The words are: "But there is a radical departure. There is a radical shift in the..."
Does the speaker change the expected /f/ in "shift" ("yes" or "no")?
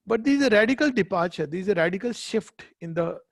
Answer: no